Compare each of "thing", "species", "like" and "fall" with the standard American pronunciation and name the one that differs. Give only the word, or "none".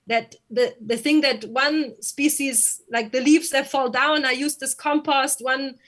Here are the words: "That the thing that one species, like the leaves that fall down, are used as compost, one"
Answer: none